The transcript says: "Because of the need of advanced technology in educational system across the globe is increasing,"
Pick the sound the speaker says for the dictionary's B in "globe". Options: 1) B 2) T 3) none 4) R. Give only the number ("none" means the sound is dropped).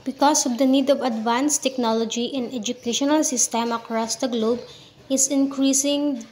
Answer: 1